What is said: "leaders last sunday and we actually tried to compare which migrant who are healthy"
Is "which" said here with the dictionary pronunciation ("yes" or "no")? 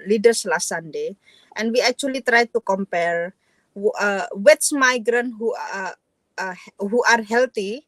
no